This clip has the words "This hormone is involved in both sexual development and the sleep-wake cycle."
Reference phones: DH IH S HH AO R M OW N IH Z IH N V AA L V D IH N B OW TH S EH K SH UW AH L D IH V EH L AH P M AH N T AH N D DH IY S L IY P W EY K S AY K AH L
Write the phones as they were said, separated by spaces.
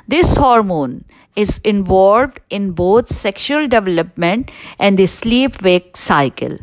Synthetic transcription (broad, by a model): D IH S HH AO R M OW N IH Z IH N V AA L V D IH N B OW T S EH K SH UW AH L D IH V EH L AH P M AH N T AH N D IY S L IY P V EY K S AY K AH L